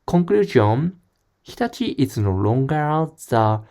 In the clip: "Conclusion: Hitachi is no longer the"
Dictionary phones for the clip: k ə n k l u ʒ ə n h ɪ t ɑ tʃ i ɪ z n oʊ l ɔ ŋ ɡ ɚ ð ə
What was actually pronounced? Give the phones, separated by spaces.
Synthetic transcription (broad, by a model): k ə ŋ k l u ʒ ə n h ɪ t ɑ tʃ i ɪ s n oʊ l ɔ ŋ ɡ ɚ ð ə